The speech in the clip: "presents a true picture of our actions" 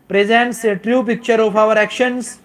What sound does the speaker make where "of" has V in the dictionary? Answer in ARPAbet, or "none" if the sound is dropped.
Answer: P